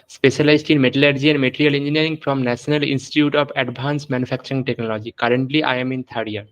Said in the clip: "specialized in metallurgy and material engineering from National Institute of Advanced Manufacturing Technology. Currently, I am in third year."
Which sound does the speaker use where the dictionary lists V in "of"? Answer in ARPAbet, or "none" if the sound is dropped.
B